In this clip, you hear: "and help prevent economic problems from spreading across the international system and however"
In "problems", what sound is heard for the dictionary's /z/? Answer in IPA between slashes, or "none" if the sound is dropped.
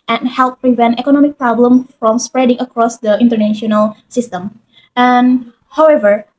none